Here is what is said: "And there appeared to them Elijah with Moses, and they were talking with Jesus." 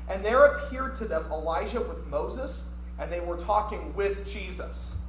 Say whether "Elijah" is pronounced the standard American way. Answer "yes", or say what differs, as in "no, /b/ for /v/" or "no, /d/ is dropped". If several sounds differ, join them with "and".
no, /ʒ/ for /dʒ/